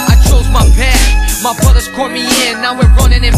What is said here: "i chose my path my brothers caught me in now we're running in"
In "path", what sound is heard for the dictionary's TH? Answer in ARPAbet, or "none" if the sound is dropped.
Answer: S